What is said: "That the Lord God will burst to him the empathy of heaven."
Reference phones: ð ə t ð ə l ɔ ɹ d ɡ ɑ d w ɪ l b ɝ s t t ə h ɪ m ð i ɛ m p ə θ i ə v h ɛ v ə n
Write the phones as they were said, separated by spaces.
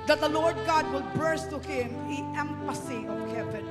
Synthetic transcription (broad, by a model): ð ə t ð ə l ɔ ɹ d ɡ ɑ d w ɪ l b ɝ s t t ə h ɪ m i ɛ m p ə s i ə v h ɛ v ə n